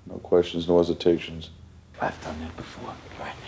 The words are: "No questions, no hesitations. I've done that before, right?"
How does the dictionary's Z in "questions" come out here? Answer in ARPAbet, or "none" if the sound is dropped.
Z